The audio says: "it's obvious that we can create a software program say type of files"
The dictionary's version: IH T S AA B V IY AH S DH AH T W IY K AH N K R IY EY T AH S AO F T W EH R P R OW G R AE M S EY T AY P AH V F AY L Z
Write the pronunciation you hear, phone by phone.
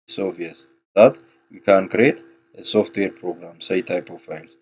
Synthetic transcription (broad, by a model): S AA V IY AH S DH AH T W IY K AH N K R IY EY T AH S AO F T W EH R P R OW G R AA M S EY T AY P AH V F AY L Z